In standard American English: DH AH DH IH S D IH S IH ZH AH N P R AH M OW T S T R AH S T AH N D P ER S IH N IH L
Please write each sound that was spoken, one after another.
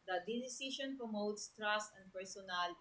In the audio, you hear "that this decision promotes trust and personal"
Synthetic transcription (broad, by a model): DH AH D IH D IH S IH SH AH N P R AH M OW T S T R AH S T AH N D P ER S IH N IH L